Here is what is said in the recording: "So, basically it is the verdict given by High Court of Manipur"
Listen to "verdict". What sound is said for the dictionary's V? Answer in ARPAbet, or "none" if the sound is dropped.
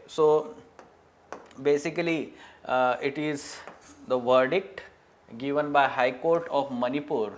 V